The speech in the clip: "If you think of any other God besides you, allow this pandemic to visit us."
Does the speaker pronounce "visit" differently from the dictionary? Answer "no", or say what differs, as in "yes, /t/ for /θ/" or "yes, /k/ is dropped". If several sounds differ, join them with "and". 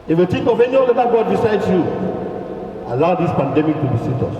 yes, /b/ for /v/ and /s/ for /z/